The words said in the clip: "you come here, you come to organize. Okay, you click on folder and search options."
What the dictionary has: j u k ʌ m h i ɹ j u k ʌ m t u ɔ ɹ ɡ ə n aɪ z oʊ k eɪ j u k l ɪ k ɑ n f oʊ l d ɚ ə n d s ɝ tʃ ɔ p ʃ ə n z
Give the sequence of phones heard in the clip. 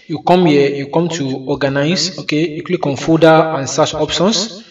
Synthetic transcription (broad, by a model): j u k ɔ m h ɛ j u k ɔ m t u ɔ ɡ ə n aɪ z oʊ k eɪ j u k l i k ɑ n f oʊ d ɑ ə n s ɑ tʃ ɔ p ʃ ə n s